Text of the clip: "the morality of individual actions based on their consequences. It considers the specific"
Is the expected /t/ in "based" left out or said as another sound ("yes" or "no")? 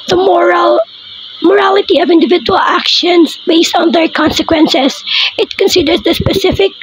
no